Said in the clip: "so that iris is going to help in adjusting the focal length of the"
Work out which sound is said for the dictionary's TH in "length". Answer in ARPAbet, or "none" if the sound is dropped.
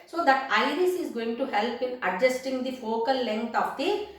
T